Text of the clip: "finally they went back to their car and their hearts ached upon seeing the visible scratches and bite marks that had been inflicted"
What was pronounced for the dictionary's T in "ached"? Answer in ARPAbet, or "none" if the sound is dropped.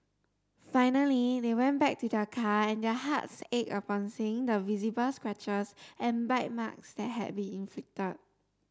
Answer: none